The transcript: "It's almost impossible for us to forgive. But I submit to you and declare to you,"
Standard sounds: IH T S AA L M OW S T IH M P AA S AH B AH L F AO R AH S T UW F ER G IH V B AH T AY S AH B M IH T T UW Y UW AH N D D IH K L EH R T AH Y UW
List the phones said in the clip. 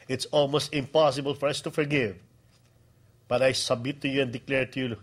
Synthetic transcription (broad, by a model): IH T S AA L M OW S T IH M P AA S AH B AH L F AO R AH S T UW F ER G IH V B AH T AY S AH B M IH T T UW Y UW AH N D D IH K L EH R T AH Y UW